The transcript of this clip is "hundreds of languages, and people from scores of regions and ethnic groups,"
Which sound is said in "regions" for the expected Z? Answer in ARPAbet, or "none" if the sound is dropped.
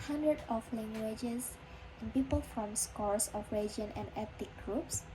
none